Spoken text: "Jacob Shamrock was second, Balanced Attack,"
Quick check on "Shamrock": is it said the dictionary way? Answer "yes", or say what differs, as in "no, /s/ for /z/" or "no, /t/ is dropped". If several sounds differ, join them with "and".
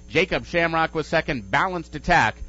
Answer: yes